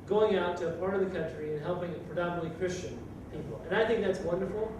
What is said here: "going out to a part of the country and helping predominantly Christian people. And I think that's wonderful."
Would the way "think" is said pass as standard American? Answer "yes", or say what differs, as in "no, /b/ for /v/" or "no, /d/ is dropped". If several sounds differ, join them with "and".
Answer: yes